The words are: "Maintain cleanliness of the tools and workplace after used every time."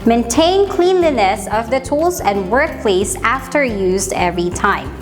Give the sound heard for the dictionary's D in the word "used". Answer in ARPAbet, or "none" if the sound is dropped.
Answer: D